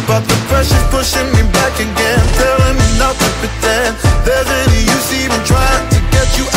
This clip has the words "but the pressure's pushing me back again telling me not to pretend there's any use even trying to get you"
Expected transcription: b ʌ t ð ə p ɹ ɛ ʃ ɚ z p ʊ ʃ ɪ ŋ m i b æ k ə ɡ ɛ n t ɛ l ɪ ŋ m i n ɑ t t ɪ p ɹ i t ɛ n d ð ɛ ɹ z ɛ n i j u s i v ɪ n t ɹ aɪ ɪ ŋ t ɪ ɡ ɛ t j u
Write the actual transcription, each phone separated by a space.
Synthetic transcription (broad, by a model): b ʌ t ð ə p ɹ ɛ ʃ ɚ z p ʊ ʃ ɪ ŋ m i b æ k ə ɡ ɛ n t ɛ l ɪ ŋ m i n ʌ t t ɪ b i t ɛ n ð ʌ ɹ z ɛ n i j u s i v ɪ n t ɹ aɪ ɪ ŋ t ɪ ɡ ɛ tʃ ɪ